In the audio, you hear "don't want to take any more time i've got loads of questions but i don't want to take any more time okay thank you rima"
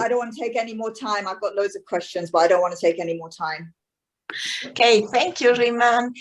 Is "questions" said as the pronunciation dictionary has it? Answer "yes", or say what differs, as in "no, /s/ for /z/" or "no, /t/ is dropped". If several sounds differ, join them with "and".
yes